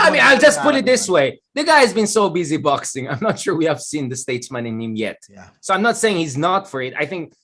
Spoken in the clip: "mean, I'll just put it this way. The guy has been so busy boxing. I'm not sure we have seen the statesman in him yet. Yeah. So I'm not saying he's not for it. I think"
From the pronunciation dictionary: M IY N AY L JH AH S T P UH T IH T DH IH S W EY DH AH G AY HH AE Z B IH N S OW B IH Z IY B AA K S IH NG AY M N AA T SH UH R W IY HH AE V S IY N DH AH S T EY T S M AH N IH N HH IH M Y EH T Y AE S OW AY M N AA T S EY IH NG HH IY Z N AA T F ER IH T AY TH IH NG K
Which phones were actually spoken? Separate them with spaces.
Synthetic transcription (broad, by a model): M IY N AY L JH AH S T P UH T IH T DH IH S W EY DH AH G AY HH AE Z B IH N S OW B IH Z IY B AA K S IH NG AY M N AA T SH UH R W IY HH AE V S IY N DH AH S T EY T S M AH N IH N HH IH M Y EH T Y S OW AY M N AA T S EY IH NG HH IY Z N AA T F ER IH T AY TH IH NG K